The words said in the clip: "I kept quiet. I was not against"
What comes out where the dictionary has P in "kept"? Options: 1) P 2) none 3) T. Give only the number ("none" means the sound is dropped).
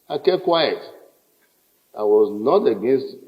2